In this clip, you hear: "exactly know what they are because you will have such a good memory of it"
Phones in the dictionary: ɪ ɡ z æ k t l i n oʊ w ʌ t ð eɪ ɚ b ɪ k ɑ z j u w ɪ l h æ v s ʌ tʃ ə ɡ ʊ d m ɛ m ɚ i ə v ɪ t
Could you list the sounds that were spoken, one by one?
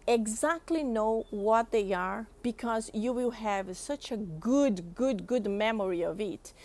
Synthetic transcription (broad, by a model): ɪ ɡ z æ k t l i n oʊ w ʌ t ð eɪ ɚ b ɪ k ɑ z j u w ɪ l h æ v s ʌ tʃ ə ɡ ʊ d m ɛ m ɚ i ə v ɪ t